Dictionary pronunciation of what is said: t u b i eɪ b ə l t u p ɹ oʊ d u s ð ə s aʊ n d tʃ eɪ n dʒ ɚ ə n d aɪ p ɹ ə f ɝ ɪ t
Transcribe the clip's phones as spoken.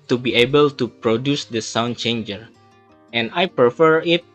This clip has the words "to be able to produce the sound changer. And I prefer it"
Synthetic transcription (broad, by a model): t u b i eɪ b ə l t u p ɹ oʊ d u s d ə s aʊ n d tʃ eɪ n dʒ ɚ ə n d aɪ p ɹ ə f ɝ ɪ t